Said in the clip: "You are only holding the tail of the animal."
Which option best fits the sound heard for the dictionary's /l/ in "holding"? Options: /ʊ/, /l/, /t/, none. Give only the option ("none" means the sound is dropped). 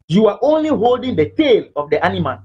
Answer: /l/